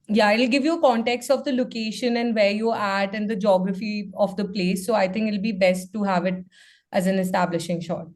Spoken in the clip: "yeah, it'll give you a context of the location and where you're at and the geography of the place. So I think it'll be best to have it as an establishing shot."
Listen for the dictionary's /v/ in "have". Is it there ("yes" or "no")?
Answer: yes